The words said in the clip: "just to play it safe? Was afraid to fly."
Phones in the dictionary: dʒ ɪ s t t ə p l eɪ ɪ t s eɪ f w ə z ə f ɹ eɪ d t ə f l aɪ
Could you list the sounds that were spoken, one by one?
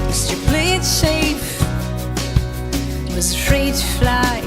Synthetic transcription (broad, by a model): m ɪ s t t ə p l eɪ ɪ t ʃ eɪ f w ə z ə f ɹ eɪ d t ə f l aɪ